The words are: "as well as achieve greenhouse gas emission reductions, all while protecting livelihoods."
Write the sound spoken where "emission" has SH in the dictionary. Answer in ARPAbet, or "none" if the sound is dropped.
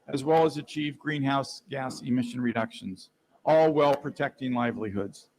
SH